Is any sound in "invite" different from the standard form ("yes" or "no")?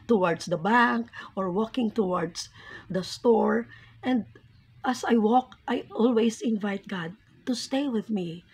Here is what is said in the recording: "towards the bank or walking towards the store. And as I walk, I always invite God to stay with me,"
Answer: no